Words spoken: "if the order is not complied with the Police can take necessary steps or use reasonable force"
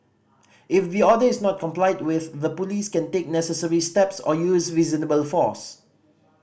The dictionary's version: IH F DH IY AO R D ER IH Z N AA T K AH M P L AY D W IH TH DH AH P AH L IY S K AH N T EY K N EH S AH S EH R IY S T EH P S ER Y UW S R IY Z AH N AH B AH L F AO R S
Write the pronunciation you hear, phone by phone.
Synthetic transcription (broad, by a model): IH F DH IY AO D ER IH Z N AA T K AH M P L AY D W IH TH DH AH P AH L IY S K AH N T EY K N EH S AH S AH R IY S T EH P S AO Y UW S R IY Z AH N AH B AH L F AO S